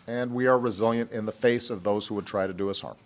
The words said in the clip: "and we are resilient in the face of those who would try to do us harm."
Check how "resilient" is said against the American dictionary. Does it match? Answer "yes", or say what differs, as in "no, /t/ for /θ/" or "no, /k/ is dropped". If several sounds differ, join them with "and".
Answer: yes